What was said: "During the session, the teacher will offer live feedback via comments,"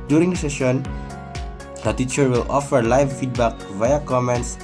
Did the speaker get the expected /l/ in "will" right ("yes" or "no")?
yes